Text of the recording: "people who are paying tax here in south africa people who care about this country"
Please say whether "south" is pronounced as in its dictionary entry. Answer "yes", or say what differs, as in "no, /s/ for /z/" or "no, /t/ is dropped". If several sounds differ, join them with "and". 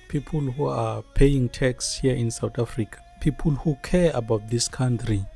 no, /t/ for /θ/